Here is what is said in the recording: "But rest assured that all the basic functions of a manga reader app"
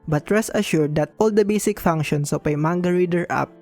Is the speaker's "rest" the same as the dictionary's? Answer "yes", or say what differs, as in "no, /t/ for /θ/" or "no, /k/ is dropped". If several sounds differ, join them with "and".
no, /t/ is dropped